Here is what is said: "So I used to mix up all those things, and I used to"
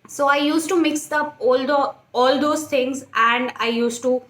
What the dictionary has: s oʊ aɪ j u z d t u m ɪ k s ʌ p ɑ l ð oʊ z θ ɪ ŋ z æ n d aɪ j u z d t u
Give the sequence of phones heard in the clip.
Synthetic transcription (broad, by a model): s oʊ aɪ j u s t u m ɪ k s ʌ p ɑ l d oʊ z t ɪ ŋ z æ n d aɪ j u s t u